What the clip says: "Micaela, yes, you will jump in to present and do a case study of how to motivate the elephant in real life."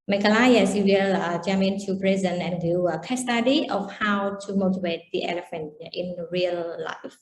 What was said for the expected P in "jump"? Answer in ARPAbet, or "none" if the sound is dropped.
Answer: none